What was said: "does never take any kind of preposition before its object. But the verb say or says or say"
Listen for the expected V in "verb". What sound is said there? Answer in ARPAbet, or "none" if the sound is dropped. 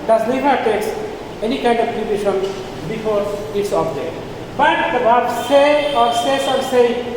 B